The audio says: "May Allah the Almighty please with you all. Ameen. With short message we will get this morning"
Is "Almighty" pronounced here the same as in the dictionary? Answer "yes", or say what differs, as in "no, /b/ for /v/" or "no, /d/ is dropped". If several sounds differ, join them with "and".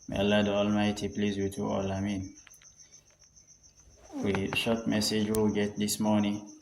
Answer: yes